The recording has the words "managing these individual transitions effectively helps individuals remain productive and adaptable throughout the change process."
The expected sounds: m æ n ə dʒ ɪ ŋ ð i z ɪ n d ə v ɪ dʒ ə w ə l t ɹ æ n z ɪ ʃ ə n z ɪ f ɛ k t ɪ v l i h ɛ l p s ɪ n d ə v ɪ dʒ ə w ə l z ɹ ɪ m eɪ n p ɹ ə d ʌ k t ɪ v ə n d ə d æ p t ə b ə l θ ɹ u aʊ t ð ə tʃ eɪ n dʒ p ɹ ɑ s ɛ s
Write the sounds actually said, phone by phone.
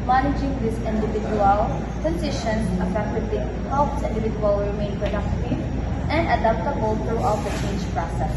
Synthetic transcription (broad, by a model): m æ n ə dʒ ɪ ŋ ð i s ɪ n d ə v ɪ dʒ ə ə l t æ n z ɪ ʃ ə n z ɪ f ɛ k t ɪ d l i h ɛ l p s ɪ n d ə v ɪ dʒ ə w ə l ɹ ɪ m eɪ n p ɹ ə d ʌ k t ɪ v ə n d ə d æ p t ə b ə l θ ɹ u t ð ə tʃ eɪ n dʒ p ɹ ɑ s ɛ s